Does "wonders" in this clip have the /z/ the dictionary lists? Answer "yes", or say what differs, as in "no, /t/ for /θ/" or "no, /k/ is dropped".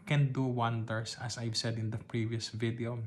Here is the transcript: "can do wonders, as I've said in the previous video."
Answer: no, /s/ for /z/